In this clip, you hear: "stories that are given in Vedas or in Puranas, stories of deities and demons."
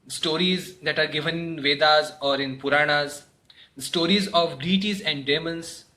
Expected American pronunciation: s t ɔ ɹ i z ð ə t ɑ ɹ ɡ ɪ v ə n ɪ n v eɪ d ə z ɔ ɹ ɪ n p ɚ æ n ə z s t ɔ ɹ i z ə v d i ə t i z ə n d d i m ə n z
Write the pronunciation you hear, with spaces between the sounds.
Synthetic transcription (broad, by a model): s t ɔ ɹ i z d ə t ɑ ɹ ɡ ɪ v ə n ɪ n v eɪ d ə z ɔ ɹ ɪ n p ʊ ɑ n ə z s t ɔ ɹ i z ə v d i t i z ə n d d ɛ m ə n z